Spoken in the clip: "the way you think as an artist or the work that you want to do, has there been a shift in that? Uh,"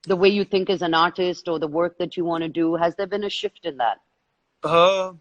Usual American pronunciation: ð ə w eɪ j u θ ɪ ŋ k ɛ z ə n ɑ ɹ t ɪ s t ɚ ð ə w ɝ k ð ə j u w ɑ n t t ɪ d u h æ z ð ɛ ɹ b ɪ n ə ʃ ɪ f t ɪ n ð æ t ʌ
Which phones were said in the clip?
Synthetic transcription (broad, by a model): ð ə w eɪ j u θ ɪ ŋ k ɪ z ə n ɑ ɹ t ɪ s t ɚ ð ə w ɝ k ð ə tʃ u w ɑ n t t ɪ d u h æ z ð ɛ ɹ b ɪ n ə ʃ ɪ f t ɪ n ð æ t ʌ